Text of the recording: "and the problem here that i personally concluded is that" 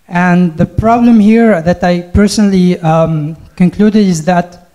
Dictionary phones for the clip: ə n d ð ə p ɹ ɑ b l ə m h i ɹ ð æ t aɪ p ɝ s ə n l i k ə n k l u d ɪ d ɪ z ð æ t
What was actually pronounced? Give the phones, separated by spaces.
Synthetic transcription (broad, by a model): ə n ð ə p ɹ ɑ b l ə m h i ɹ ð æ t aɪ p ɝ s ə n l i k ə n k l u d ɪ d ɪ z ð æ t